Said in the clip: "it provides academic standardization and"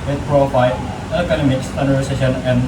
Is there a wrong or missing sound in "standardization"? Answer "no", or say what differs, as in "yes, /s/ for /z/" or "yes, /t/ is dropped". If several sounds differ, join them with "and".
yes, /s/ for /z/